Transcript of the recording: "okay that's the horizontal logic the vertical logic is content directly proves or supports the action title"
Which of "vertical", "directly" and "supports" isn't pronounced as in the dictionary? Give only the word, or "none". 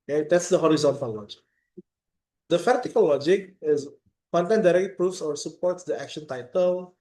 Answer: vertical